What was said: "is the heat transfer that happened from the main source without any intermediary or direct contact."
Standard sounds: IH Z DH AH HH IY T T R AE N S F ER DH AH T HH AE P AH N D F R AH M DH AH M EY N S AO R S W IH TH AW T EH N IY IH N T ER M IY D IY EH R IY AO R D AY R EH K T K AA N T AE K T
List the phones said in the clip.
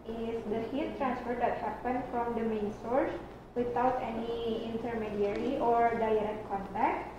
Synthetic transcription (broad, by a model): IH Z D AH HH IY T T R AE N S F ER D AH T HH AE P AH N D F R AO M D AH M EY N S AO R S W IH T AW T EH N IY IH N T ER M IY D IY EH R IY AO R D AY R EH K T K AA N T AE K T